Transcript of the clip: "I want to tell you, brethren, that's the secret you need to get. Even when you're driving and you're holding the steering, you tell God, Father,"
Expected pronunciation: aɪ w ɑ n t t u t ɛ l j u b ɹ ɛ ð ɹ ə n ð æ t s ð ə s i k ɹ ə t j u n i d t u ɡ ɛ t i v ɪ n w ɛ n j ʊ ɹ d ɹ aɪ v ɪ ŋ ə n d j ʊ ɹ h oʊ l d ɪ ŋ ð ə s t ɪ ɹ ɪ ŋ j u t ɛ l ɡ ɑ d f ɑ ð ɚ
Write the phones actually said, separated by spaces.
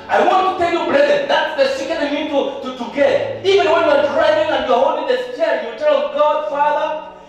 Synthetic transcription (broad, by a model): aɪ w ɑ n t t u t ɛ l j u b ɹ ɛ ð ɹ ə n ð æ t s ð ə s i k ə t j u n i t t u ɡ ɛ t i v ɪ n w ɛ n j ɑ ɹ d ɹ aɪ v ɪ ŋ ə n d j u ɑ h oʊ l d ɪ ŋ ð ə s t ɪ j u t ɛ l ɡ ɑ d f ɑ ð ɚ